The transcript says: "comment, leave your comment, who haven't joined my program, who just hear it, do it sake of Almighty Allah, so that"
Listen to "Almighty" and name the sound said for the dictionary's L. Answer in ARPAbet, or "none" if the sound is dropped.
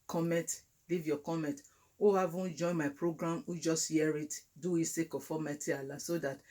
none